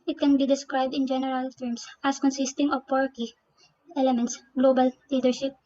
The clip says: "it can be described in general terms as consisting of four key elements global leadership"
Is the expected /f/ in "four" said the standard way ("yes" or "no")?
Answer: no